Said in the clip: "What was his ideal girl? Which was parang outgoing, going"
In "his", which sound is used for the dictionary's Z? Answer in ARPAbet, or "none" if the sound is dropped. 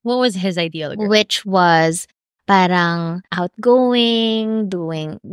Z